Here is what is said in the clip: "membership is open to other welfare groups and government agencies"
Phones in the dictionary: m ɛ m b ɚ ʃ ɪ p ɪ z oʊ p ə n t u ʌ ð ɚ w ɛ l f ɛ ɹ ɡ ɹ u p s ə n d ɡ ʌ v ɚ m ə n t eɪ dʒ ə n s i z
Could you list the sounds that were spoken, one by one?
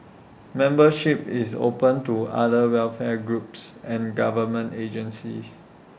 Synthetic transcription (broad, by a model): m ɛ m b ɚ ʃ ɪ p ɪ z oʊ p ə n t u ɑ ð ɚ w ɛ l f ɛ ɡ ɹ u p s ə n ɡ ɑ v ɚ m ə n t eɪ dʒ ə n s i s